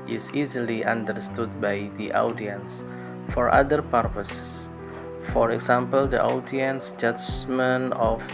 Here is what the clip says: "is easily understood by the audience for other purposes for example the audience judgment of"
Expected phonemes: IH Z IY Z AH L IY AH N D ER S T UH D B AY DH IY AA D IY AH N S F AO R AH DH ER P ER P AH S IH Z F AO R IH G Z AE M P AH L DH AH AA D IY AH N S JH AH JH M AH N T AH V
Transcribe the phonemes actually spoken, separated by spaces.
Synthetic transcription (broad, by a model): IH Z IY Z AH L IY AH N D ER S T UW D B AY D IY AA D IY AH N S F AO R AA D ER P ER P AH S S F AO R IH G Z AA M P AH L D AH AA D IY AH N S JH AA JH M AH N AH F